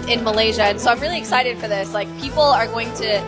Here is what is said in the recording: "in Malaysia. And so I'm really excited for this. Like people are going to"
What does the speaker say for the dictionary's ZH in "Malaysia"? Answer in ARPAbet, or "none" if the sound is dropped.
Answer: ZH